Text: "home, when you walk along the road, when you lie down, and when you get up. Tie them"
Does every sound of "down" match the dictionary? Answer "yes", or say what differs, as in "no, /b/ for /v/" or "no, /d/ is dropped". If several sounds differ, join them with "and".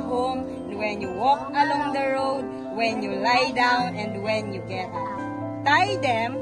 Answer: yes